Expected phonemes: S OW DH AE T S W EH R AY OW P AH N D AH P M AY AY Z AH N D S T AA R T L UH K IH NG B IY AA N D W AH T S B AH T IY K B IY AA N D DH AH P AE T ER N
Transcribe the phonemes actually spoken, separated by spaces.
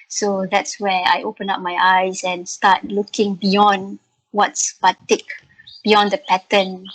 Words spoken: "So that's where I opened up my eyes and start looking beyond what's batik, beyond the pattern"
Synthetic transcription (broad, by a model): S OW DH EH T S W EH AY OW P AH N AA P M AY AY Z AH N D S T AA T L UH K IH NG B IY AA N D W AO T S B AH T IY K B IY AA N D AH P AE T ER N